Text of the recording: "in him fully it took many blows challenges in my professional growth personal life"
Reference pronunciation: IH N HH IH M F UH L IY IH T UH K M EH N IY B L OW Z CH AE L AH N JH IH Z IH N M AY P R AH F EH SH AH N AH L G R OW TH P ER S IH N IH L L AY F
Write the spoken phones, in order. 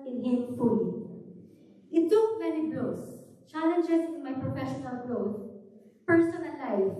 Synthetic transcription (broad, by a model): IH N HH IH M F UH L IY IH T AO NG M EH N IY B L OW S CH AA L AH N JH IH S IH N M AY P R AH F EH SH AH N AH L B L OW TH P ER S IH N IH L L AY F